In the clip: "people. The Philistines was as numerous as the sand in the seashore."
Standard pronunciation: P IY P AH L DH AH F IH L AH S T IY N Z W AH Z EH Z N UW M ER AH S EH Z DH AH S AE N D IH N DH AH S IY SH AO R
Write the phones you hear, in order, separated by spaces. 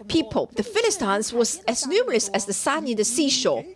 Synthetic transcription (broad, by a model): P IY P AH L DH AH F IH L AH S T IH N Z W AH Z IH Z N UW M ER AH S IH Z DH AH S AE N IH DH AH S IY SH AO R